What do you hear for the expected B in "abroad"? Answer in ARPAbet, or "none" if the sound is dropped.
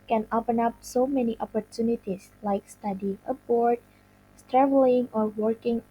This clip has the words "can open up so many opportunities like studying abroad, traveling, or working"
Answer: none